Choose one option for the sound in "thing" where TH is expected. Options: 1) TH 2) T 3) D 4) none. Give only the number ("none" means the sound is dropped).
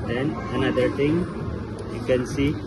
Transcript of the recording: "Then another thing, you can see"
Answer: 2